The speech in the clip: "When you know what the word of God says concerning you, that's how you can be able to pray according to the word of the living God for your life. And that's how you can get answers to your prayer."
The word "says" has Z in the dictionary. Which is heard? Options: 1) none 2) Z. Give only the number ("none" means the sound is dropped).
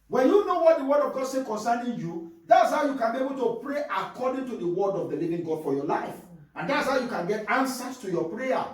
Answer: 1